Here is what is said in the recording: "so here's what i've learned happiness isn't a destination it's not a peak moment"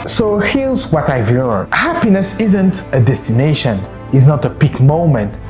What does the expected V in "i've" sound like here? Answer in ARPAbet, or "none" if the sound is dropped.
V